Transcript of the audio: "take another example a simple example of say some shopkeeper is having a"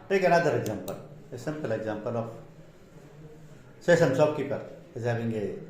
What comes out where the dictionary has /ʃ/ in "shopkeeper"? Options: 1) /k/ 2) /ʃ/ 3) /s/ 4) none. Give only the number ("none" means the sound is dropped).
3